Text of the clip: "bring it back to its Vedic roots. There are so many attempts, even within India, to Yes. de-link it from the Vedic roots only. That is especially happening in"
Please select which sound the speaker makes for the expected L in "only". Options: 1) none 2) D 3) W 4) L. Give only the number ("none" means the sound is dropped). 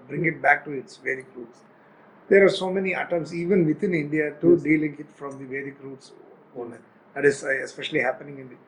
1